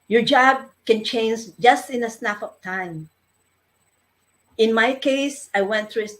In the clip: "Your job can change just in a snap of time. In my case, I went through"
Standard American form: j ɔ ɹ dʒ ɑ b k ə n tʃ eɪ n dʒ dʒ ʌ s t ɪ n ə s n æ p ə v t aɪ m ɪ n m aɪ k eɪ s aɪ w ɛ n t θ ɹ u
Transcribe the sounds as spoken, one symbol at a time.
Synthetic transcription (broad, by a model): j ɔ ɹ dʒ ɑ b k ə n tʃ eɪ n dʒ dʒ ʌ s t ɪ n ə s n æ f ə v t aɪ m ɪ n m aɪ k eɪ s aɪ w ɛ n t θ ɹ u